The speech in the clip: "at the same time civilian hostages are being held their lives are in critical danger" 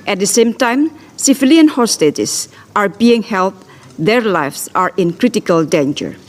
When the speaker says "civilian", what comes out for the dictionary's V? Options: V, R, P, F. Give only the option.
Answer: F